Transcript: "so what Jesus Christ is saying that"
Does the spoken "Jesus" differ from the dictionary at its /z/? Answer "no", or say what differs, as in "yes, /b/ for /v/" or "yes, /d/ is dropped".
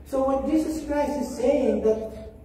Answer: yes, /s/ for /z/